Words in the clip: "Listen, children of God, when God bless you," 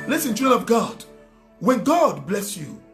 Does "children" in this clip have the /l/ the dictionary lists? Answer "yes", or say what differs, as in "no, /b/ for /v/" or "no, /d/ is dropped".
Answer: no, /l/ is dropped